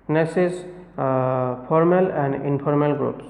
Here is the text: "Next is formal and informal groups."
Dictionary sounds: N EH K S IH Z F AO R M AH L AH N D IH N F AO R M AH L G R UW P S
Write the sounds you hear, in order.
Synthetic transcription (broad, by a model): N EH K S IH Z P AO R M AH L AH N D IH N P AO R M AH L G R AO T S